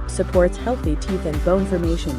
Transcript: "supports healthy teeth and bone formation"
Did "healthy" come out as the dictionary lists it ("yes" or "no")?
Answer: yes